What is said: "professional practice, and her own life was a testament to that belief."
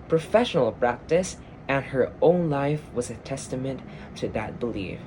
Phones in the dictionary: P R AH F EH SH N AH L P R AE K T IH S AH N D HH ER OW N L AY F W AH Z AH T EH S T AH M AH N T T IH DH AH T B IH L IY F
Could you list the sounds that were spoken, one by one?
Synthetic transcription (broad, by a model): P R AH F EH SH N L P R AE K T IH S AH N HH ER OW N L AY F W AH Z AH T EH S T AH M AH N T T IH DH AH T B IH L IY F